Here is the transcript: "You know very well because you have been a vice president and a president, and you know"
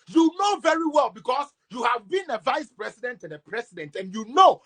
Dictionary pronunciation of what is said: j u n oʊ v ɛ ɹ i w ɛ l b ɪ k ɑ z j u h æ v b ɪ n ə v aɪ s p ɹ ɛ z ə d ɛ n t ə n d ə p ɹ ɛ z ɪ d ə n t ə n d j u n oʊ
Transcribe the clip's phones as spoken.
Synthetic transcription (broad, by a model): j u n oʊ v ɛ ɹ i w ɛ l b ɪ k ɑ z j u h æ v b ɪ n ə v aɪ s p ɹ ɛ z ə d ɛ n t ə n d ə p ɹ ɛ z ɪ d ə n t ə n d j u n oʊ